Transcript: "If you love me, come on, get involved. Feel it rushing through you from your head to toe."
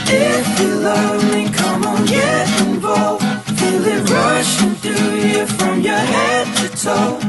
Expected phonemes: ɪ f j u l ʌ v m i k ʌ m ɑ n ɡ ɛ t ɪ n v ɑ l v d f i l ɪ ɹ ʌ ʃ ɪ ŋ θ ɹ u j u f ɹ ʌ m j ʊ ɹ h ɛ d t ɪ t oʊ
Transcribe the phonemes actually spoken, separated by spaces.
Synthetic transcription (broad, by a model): ɪ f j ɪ l ʌ v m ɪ k ʌ m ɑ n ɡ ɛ ɪ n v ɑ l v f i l ɪ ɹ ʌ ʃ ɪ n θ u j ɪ f ɹ ʌ m j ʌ ɹ h ɛ d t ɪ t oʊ